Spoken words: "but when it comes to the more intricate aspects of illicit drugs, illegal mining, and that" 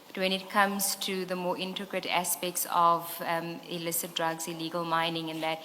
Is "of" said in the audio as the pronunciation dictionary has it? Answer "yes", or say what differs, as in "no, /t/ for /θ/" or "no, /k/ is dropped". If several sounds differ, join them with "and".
yes